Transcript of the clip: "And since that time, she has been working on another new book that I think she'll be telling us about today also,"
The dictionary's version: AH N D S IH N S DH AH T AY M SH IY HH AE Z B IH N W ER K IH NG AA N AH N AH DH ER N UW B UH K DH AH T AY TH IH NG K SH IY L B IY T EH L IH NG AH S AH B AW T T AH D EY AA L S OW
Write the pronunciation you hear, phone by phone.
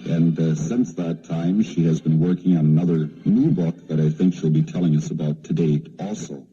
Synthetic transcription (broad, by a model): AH N S IH N S DH AH T AY M SH IY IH Z B IH N W ER K IH NG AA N AH N AH DH ER N UW B UH K DH AH T AY TH IH NG K SH IY L B IY T EH L IH NG AH S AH B AW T T AH D EY AA L S OW